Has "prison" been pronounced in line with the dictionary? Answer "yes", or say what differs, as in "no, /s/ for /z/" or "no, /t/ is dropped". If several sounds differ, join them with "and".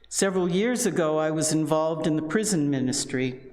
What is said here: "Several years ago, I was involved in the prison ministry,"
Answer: yes